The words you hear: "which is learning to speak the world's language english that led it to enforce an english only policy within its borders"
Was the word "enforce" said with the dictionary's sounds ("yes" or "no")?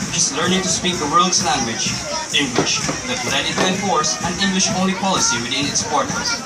no